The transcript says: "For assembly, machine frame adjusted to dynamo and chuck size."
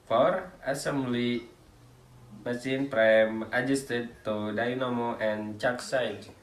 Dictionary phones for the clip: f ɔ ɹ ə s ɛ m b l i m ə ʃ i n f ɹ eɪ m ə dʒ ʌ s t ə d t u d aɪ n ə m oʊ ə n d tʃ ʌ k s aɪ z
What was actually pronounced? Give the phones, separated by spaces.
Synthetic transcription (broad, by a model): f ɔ ɹ ə s ɛ m b l i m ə s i n p ɹ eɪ m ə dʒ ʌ s t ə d t u d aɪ n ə m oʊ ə n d tʃ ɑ k s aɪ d